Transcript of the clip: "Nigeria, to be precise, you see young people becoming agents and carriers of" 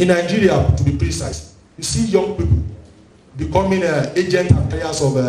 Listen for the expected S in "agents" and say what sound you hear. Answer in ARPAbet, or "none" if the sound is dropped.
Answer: none